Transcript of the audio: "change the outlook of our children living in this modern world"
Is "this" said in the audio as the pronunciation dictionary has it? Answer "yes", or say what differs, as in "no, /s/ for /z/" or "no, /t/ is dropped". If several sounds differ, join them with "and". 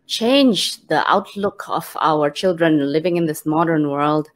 yes